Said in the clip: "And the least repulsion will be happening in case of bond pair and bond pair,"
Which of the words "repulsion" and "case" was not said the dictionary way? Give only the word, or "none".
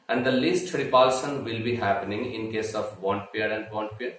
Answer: repulsion